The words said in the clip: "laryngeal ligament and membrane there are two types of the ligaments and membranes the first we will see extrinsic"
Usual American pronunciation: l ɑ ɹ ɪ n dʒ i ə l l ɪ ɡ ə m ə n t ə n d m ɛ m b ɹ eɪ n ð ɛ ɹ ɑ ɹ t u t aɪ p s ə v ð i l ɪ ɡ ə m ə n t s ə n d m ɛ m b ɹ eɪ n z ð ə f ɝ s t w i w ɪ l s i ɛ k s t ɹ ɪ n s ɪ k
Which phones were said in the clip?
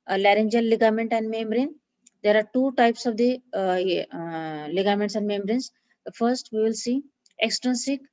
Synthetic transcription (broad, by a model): l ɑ ɹ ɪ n dʒ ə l l ɪ ɡ ə m ə n t ə n d m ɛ m b ɹ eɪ n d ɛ ɹ ɑ ɹ t u t aɪ p s ə v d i l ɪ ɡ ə m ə n t s ə n d m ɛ m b ɹ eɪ n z f ɝ s t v i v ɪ l s i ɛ k s t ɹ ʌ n s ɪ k